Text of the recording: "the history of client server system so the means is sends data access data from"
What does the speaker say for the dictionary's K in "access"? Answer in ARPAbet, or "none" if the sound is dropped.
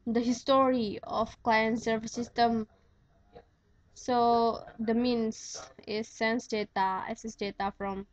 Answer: none